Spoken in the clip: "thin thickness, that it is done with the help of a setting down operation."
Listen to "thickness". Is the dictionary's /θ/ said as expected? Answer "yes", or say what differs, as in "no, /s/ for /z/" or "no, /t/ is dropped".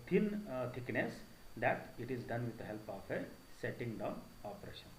no, /t/ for /θ/